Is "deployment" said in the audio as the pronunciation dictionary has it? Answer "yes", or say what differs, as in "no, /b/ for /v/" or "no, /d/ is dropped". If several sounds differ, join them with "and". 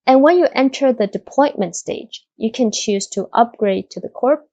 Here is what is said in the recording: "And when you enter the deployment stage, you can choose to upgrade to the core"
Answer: no, /l/ is dropped